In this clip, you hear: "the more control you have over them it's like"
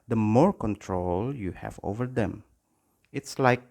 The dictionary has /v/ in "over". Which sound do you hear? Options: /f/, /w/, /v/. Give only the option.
/v/